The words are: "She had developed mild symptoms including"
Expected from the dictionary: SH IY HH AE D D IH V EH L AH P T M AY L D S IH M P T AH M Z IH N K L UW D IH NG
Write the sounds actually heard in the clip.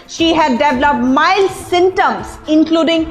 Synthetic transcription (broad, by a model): SH IY HH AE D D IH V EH L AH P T M AY L S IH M T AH M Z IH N K L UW D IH NG